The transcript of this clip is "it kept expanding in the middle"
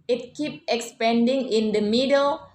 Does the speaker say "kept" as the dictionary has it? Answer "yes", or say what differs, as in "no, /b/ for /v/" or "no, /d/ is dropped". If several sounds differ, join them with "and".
no, /t/ is dropped